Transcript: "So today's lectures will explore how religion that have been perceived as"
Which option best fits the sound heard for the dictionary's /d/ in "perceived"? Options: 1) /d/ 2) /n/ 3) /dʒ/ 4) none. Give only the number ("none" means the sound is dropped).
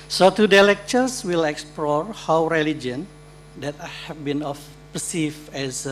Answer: 4